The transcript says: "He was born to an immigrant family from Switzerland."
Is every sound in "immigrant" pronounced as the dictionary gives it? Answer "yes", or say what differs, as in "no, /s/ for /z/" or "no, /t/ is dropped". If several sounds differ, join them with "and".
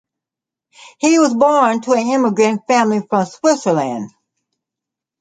yes